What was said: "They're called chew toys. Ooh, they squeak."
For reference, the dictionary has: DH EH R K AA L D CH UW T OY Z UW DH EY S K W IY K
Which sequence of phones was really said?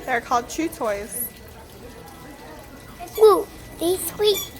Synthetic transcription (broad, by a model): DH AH R K AA L D CH UW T OY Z UW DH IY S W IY